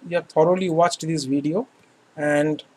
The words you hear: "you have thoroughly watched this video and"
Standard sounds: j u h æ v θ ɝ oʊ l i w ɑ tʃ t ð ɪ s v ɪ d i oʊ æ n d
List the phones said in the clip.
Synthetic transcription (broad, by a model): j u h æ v t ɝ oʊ l i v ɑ tʃ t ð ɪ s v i d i oʊ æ n d